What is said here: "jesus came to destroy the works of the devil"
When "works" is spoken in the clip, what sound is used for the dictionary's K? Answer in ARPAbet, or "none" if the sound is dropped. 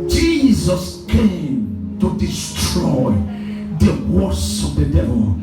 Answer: none